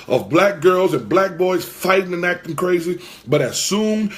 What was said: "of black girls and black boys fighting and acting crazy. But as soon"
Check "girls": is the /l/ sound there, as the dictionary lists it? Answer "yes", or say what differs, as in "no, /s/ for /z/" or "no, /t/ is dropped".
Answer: yes